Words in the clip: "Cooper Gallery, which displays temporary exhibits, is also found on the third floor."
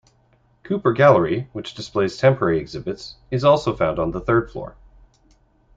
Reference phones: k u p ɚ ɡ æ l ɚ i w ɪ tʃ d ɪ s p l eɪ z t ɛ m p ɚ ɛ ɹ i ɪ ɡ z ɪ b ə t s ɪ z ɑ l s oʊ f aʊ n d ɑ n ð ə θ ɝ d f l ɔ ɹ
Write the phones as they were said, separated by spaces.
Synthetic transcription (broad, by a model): k u p ɚ ɡ æ l ɚ i w ɪ tʃ d ɪ s p l eɪ z t ɛ m p ɚ ɛ ɹ i ɪ ɡ z ɪ b ə t s ɪ z ɑ l s oʊ f aʊ n d n ð ə θ ɝ d f l ɔ ɹ